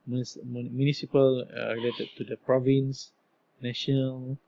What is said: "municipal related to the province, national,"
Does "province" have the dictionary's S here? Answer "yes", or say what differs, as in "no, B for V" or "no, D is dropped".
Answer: yes